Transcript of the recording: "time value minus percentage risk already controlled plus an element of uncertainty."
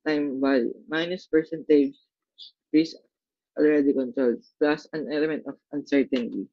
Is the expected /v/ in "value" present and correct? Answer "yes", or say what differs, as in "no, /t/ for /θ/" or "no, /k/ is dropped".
no, /b/ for /v/